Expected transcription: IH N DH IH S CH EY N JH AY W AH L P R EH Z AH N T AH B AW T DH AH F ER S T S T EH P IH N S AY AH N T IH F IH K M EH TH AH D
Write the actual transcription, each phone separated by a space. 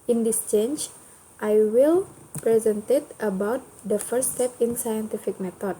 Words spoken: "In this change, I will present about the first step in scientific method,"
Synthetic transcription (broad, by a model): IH N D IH S CH EY N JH AY W AH L P R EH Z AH N T AH B AW T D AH F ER T S T EH P IH N S AY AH N T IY F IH K M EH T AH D